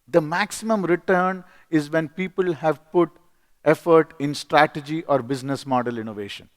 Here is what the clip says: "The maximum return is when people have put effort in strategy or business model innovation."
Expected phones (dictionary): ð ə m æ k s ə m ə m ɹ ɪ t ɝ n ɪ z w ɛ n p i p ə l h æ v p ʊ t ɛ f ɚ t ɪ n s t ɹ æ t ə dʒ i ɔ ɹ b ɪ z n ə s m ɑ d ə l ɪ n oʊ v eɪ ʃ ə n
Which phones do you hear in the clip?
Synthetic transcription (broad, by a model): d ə m æ k s ə m ə m ɹ ɪ t ɝ n ɪ z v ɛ n p i p ə l h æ v p ʊ t ɛ f ɚ t ɪ n s t ɹ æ t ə dʒ i ɔ ɹ b ɪ z n ə s m ɑ d ə l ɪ n oʊ v eɪ ʃ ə n